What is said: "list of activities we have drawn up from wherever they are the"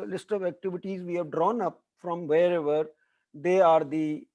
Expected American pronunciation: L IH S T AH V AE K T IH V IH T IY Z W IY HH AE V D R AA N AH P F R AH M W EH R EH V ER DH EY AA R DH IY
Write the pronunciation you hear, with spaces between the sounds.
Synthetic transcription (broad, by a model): L IH S T AH V AE K T IH V IH T IY Z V IY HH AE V D R AA N AH P F R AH M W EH R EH V ER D EY AA R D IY